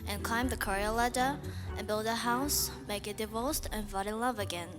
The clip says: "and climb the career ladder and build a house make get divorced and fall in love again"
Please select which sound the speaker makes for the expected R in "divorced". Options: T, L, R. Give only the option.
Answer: L